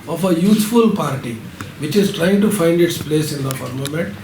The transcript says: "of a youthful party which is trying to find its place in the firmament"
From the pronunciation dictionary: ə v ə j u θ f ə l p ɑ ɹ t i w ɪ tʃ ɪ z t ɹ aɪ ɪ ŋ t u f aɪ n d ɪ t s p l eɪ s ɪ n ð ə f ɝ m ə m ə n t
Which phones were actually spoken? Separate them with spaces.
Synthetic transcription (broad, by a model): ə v ə j u t f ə l p ɑ ɹ t i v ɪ tʃ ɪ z t ɹ aɪ ɪ ŋ t u f aɪ n d ɪ t s p l eɪ s ɪ n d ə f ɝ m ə m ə n t